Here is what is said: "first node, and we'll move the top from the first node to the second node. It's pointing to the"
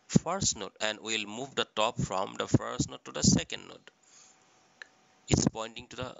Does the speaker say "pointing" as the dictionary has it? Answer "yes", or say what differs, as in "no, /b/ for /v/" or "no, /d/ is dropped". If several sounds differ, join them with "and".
yes